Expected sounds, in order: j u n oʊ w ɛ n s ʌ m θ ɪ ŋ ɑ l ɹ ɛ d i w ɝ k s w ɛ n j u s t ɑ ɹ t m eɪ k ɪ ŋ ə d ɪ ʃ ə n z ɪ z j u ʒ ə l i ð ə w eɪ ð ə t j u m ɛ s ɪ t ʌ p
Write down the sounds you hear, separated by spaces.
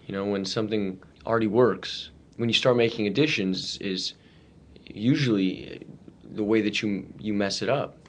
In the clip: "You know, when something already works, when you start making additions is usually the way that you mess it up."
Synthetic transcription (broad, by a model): j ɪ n oʊ w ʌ n s ʌ m θ ɪ ŋ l ɹ ɛ d i w ɝ k s w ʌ n j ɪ s t ɑ ɹ t m eɪ k ɪ ŋ ə d ɪ ʃ ə n z ɪ z j u ʒ l i ð ə w eɪ ð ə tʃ j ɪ m ɛ s ɪ t ʌ p